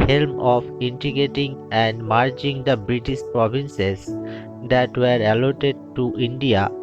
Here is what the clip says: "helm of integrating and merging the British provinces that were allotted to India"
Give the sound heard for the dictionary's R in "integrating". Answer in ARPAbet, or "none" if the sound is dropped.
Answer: none